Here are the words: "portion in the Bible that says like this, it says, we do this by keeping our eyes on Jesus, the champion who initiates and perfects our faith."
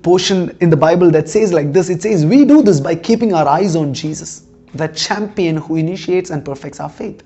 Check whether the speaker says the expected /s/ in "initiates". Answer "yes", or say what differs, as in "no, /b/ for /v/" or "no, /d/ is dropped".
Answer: yes